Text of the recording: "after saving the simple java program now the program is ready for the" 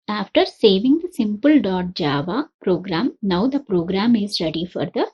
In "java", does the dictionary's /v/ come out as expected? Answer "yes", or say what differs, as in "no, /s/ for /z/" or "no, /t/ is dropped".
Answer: yes